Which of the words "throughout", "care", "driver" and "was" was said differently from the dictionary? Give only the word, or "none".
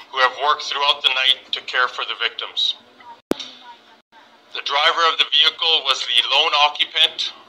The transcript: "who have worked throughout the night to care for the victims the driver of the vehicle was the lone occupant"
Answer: none